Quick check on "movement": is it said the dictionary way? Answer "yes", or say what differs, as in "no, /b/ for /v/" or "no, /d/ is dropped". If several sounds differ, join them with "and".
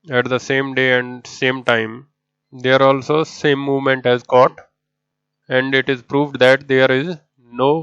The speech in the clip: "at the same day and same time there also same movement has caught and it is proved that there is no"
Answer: yes